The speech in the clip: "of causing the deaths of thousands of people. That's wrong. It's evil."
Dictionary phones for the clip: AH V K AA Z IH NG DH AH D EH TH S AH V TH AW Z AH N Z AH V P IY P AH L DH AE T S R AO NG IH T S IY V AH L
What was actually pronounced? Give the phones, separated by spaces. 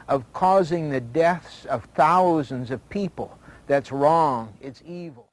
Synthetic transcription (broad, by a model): AH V K AA Z IH NG DH AH D EH TH S AH V TH AW Z AH N Z AH V P IY P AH L DH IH T S R AO NG IH T S IY V L